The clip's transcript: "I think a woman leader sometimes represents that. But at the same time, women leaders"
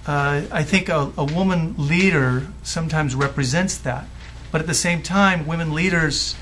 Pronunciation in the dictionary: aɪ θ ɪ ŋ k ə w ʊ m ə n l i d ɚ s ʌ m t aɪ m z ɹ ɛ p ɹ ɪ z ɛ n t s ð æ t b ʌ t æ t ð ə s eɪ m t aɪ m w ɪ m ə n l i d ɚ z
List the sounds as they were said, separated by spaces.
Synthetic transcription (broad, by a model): aɪ θ ɪ ŋ k ə w ʊ m ə n l i d ɚ s ʌ m t aɪ m z ɹ ɛ p ɹ ɪ z ɛ n t s ð æ t b ʌ t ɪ t ð ə s eɪ m t aɪ m w ɪ m ə n l i d ɚ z